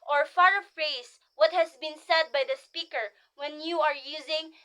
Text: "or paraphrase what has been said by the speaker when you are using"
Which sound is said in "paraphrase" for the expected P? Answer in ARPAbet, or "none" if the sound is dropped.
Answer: F